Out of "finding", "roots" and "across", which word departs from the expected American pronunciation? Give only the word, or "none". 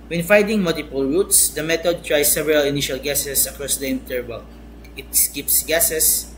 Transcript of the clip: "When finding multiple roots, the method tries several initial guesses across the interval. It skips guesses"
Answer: finding